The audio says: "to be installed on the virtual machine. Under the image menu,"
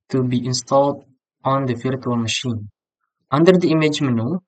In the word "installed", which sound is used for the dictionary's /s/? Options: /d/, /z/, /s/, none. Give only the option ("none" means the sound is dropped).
/s/